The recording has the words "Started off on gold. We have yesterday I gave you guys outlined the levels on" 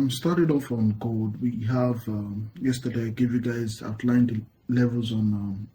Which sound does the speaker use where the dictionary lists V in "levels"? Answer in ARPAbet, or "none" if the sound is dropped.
V